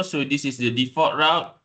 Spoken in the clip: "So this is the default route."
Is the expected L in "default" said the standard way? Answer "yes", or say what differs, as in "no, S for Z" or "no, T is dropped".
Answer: no, L is dropped